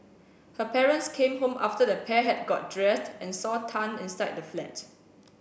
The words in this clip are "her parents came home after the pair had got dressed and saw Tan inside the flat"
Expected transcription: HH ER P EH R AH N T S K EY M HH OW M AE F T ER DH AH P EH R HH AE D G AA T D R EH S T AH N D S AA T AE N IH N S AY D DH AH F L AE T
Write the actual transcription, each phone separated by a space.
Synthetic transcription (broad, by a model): HH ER P EH R AH N T S K EY M HH OW M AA F T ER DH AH P EH HH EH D G AA T D R EH S T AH N S AA T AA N IH N S AY D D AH F L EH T